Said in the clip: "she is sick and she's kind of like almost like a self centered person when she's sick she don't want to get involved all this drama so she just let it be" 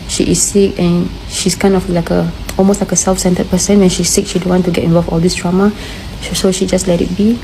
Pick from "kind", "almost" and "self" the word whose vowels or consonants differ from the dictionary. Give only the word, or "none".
kind